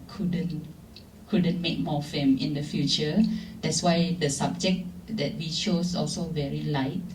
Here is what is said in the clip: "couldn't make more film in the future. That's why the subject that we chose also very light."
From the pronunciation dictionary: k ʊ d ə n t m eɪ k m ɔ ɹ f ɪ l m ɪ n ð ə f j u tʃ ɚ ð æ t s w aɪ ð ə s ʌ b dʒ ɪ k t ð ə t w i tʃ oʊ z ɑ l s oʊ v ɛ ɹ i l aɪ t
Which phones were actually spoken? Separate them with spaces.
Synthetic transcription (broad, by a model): k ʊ d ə n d m eɪ k m ɔ f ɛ m ɪ n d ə f j u tʃ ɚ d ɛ t s w aɪ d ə s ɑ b dʒ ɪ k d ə t w i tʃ oʊ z ɑ l s oʊ v ɛ ɹ i l aɪ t